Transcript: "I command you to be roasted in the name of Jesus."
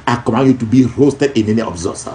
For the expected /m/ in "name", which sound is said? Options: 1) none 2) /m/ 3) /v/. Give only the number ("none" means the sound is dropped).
1